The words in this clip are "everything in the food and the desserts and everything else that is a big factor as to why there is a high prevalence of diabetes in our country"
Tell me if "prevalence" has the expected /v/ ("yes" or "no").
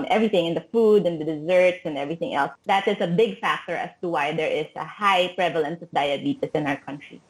yes